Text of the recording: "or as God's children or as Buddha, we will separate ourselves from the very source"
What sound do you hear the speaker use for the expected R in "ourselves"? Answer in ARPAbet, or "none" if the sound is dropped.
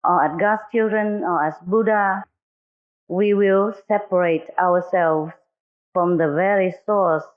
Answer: W